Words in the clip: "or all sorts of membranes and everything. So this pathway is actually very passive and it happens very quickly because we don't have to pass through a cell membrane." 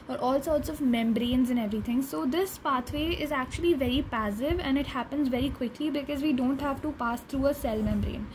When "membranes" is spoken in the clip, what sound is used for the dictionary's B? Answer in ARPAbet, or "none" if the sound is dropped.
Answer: B